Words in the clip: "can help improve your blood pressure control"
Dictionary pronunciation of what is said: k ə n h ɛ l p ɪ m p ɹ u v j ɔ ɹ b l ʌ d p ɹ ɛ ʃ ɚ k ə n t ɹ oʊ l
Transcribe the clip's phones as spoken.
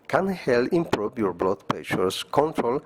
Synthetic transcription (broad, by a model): k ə n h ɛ l ɪ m p ɹ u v j ɔ ɹ b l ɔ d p ɛ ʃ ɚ k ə n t ɹ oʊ l